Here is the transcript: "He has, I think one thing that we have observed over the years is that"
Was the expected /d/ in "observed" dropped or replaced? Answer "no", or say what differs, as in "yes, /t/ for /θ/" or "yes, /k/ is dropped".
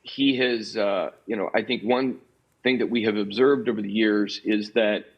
no